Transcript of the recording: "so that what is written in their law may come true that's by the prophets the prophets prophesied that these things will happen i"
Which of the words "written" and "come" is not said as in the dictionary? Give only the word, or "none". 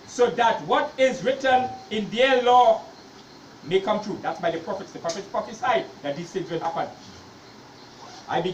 none